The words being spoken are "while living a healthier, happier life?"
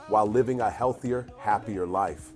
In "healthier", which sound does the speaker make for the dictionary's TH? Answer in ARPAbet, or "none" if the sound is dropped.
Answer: TH